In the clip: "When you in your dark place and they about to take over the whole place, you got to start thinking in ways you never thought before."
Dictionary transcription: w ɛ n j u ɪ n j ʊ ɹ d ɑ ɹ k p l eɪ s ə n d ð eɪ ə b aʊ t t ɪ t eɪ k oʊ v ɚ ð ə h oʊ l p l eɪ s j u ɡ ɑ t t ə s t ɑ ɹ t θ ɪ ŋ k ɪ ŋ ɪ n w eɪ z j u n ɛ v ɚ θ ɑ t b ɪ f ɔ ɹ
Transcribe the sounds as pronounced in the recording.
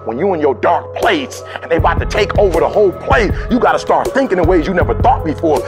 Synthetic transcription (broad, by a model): w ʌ n j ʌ ɪ n j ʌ ɹ d ɑ ɹ k p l eɪ s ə n ð eɪ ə aʊ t t ɪ t eɪ k oʊ v ɚ ð ə h oʊ l p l eɪ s j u ɡ ɑ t t ə s t ɑ ɹ t θ ɪ ŋ k ɪ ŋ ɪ w eɪ z j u n ɛ v ɚ θ ɑ t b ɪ f ɔ ɹ